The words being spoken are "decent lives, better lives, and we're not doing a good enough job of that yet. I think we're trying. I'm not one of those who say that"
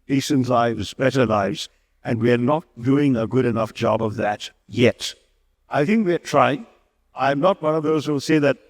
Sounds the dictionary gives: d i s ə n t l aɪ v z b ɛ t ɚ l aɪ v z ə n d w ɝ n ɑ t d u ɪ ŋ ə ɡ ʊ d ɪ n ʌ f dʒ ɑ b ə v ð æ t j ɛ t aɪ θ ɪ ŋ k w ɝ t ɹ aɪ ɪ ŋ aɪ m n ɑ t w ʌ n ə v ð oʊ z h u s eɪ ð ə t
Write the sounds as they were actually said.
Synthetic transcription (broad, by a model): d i s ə n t l aɪ v z b ɛ t ɚ l aɪ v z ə n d w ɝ n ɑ t d u ɪ ŋ ə ɡ ʊ d ɪ n ʌ f dʒ ɑ b ə v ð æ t j ɛ t aɪ θ ɪ ŋ k w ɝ t ɹ aɪ ɪ ŋ aɪ m n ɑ t w ʌ n ə v ð oʊ z h u s eɪ ð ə t